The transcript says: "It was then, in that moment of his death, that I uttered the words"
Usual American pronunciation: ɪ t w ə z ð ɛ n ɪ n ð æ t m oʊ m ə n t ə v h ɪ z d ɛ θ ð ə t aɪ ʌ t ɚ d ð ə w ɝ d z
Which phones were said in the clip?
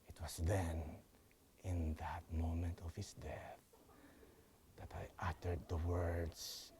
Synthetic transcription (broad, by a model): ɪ t w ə s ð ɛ n ɪ n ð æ t m oʊ m ə n t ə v h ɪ s d ɛ θ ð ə t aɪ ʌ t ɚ d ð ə w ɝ d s